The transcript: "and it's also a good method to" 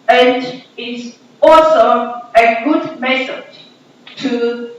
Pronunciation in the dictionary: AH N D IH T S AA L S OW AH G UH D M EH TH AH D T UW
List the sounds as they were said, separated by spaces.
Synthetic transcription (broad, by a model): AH N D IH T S AA L S OW AH G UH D M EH S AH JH T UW